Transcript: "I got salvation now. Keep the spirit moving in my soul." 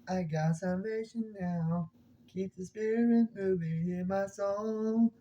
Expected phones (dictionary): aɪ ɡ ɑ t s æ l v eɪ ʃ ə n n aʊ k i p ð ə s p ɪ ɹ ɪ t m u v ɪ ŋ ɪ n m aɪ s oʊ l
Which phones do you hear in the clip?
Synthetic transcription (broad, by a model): aɪ ɡ ɑ t s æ n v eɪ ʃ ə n n aʊ k i p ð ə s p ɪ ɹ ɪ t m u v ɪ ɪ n m aɪ s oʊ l